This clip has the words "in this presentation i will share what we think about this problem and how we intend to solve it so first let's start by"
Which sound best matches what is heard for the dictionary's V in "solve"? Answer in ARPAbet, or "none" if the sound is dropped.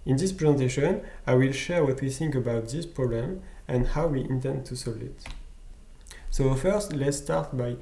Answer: none